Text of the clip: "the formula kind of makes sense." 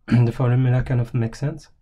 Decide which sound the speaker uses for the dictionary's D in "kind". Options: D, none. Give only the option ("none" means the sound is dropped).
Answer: none